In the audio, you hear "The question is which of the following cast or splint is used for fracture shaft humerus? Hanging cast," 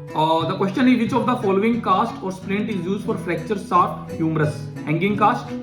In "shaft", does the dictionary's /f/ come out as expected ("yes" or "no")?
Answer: no